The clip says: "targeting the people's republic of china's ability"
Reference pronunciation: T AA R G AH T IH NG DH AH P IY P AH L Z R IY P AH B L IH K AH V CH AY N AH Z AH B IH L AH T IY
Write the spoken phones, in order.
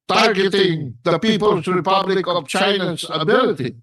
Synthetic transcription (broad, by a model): T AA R G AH T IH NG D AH P IY P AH L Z R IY P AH B L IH K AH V CH AY N AH Z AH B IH L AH T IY